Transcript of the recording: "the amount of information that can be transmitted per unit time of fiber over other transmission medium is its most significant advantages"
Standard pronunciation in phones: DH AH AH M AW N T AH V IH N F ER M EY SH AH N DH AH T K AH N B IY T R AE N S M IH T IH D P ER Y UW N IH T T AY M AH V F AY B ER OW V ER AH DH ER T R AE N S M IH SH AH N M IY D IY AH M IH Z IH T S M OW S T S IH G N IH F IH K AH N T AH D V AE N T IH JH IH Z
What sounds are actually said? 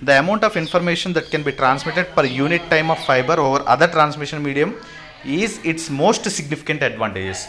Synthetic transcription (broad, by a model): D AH AH M AW N T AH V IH N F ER M EY SH AH N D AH T K AH N B IY T R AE N S M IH T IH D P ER Y UW N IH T T AY M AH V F AY B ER OW V ER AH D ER T R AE N S M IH SH AH N M IY D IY AH M IH Z IH T S M OW S T S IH G N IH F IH K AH N T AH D V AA N T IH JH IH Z